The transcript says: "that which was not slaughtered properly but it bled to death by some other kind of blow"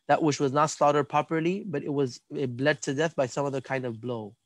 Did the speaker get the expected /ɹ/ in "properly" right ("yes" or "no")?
no